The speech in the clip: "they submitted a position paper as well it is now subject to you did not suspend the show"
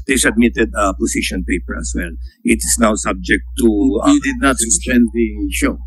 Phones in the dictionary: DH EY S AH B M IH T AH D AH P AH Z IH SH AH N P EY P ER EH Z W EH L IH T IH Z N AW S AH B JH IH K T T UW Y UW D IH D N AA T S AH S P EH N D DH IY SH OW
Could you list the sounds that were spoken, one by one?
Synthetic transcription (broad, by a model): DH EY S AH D M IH T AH D AH P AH S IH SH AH N P EY P ER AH S W EH L IH T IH S N AW S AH B JH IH K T T UW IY D IH D N AA T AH S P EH N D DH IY SH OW